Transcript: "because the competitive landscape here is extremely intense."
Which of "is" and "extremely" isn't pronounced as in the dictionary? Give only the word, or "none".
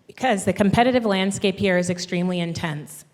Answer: none